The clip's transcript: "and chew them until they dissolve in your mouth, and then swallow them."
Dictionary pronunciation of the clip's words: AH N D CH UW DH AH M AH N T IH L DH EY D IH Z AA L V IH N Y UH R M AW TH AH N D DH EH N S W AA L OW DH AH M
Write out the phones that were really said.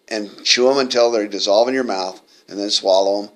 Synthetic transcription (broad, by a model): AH N CH UW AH M AH N T IH L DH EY D IH Z AA L V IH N Y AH R M AW TH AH N DH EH N S W AA L OW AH M